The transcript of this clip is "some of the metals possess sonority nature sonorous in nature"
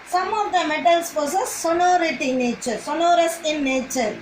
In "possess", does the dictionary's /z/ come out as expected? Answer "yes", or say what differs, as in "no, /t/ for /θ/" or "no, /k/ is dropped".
no, /s/ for /z/